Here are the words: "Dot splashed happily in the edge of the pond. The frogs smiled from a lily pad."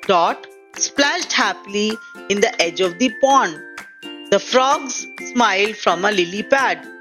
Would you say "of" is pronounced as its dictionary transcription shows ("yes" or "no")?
yes